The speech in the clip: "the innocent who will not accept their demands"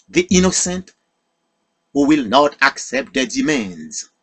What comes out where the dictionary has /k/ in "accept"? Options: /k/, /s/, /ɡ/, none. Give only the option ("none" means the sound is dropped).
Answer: /k/